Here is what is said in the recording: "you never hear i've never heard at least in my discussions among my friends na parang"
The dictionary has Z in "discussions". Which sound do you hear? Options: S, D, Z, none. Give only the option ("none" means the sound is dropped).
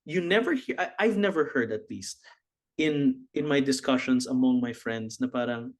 S